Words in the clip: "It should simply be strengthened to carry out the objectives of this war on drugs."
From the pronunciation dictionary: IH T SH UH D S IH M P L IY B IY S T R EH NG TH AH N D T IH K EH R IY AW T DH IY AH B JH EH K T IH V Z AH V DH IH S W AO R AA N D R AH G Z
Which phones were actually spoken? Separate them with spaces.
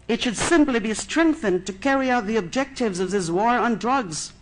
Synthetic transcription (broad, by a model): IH T SH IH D S IH M P L IY B IY S T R EH NG TH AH N T IH K EH R IY AW T DH IY AH B JH EH K T IH V Z AH V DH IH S W AO R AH N D R AH G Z